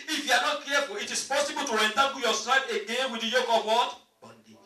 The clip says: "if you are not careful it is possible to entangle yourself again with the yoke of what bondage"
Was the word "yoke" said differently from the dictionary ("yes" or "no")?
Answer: no